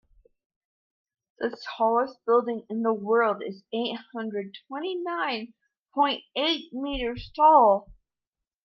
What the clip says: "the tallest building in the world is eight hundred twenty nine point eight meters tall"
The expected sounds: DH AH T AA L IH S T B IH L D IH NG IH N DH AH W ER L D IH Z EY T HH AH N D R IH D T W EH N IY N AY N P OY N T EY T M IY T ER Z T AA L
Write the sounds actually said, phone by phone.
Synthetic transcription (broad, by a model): DH AH S AA L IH S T B IH L D IH NG IH N DH AH W ER L D IH Z EY T HH AH N D R IH D T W EH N IY N AY N P OY N T EY T M IY T ER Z T AA L